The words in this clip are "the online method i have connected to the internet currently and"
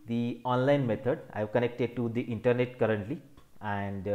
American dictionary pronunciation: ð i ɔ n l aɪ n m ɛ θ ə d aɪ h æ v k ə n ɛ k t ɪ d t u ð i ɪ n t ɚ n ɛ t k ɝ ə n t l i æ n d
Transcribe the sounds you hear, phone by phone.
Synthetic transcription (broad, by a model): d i ɔ n l aɪ n m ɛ t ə d aɪ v k ə n ɛ k t ɪ d t u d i ɪ n t ɚ n ɛ t k ɝ ə n t l i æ n d